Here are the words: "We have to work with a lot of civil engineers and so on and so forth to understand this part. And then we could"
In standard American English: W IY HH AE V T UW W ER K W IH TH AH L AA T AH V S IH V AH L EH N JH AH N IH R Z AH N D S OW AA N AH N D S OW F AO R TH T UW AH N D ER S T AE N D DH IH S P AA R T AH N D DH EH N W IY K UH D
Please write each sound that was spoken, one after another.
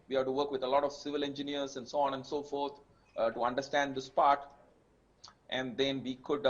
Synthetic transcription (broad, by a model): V IY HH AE T UW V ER K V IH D AH L AA T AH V S IH V AH L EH N JH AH N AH R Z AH N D S OW AA N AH N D S OW F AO R T T UW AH N D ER S T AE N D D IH S P AA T T AH N D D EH N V IY K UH D